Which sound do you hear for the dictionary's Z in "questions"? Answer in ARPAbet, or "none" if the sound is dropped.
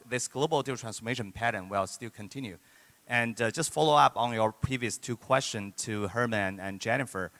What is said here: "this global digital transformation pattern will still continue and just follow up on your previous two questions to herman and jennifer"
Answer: none